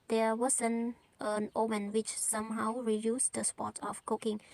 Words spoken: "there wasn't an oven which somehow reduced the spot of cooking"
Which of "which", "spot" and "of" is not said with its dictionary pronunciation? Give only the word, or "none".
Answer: of